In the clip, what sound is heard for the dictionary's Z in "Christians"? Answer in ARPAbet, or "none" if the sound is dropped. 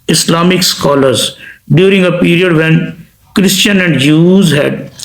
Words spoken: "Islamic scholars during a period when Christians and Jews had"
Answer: none